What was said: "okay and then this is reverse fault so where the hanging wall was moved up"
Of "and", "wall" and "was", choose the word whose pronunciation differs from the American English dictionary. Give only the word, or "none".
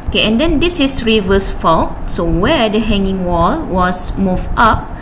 was